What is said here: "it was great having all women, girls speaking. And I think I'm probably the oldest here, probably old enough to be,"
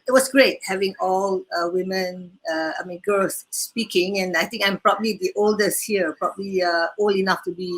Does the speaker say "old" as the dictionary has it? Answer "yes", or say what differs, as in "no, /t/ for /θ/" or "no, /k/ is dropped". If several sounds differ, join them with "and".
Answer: no, /d/ is dropped